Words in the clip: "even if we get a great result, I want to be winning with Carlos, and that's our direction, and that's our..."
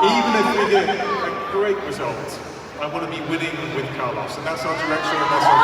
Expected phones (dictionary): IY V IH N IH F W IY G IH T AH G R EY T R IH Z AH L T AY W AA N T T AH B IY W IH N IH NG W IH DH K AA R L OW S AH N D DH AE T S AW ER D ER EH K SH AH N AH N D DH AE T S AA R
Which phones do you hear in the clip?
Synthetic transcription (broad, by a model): IY V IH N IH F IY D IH AH G R EY T R IH Z AH L T AY W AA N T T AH B IY W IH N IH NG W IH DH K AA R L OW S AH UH DH AE T S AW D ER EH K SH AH AH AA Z